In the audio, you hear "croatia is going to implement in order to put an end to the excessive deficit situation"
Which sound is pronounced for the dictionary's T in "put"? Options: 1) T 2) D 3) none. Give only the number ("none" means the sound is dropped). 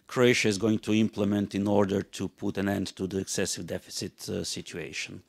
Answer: 1